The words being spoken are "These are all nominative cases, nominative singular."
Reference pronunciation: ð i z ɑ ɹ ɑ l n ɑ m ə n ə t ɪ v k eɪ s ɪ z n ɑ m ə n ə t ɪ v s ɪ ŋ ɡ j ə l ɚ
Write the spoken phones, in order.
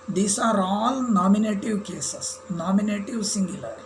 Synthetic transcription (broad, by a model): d i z ɑ ɹ ɑ l n ɑ m ə n ə t ɪ v k eɪ s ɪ s n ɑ m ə n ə t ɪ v s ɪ ŋ ɡ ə l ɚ